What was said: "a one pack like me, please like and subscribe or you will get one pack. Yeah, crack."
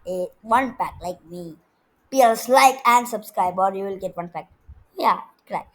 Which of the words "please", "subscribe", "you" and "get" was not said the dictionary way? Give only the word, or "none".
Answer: please